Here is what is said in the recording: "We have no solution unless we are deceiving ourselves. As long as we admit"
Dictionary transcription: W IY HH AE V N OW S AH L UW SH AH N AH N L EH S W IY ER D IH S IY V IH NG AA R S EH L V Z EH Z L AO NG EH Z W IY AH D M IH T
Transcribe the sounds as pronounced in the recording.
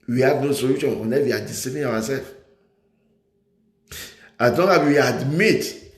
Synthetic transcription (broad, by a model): W IY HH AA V N OW S AH L UW SH AH N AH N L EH W IY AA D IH S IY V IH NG AA W S EH L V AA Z L AO NG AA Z W IY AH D M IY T